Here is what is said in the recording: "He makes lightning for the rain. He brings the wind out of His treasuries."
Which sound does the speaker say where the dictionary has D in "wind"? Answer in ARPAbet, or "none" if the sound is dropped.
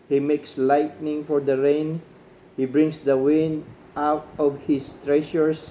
none